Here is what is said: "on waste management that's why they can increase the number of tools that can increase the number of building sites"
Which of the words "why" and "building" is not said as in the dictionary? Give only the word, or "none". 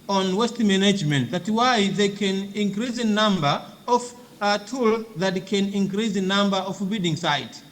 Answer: building